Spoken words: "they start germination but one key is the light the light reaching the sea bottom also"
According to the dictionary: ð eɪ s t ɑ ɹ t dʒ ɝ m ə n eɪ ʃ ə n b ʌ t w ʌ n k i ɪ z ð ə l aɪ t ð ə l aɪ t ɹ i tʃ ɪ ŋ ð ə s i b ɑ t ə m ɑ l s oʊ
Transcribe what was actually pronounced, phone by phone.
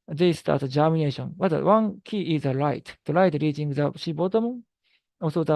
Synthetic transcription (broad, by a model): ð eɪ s t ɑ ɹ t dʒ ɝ m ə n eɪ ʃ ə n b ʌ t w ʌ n k i ɪ z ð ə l aɪ t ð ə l aɪ t ɹ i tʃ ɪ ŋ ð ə ʃ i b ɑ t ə m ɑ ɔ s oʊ